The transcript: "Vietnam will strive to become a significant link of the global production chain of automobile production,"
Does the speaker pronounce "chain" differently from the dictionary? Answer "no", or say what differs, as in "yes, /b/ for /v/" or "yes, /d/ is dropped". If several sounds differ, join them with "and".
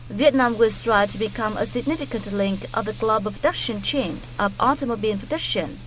no